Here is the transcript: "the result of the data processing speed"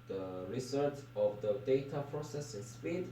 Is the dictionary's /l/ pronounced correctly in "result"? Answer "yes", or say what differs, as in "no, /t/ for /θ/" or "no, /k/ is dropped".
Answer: no, /l/ is dropped